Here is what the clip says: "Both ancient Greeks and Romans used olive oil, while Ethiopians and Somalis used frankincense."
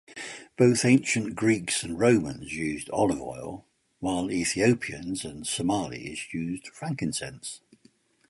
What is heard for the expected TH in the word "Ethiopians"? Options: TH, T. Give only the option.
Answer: TH